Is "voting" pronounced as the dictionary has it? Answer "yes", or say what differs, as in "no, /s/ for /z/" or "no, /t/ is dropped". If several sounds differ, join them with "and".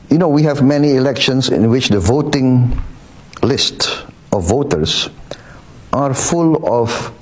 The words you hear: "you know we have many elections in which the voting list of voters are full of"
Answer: yes